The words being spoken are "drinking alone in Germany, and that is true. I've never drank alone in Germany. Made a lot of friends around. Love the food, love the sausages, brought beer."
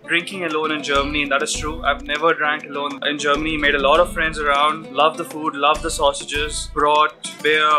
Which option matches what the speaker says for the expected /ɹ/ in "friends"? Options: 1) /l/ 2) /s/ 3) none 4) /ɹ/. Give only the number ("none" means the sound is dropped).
4